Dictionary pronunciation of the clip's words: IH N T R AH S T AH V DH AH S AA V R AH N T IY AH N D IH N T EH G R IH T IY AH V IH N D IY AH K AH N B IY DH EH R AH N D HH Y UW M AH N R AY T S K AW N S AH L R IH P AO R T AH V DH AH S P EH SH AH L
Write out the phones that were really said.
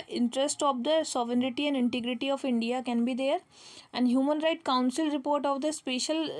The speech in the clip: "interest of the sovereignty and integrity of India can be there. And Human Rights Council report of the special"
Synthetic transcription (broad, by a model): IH N T R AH S T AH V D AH S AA V R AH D T IY AH N D IH N T EH G R IH T IY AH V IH N D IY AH K AH N B IY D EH R AH N D HH Y UW M AH N R AY T K AW N S AH L R IH P AO R T AH V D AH S P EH SH AH L